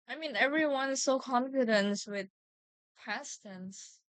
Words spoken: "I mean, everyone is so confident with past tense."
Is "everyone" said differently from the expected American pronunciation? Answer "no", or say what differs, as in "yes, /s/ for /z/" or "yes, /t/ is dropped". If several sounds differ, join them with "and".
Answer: no